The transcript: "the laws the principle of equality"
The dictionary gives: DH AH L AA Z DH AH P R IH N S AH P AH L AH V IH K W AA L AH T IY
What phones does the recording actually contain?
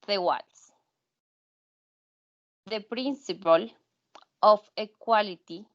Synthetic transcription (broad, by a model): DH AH W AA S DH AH P R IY N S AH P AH L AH F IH K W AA L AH T IY